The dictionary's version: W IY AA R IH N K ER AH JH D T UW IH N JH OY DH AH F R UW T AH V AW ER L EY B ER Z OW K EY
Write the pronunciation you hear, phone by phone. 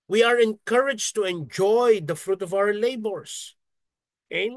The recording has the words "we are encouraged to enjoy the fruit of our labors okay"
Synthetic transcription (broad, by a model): W IY AA R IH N K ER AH JH T UW IH N JH OY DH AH F R UW T AH V AW ER L EY B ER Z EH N